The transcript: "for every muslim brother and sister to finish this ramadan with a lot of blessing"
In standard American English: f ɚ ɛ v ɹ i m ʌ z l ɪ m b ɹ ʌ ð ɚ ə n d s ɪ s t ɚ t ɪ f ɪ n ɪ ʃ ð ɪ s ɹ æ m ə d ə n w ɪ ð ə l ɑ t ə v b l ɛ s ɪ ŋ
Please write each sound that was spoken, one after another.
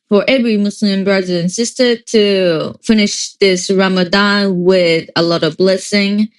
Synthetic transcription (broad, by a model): f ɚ ɛ v ɹ i m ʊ s l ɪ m b ɹ ʌ ð ɚ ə n s ɪ s t ɚ t ɪ f ɪ n ɪ ʃ ð ɪ s ɹ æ m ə d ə n w ɪ ð ə l ɑ t ə v b l ɛ s ɪ ŋ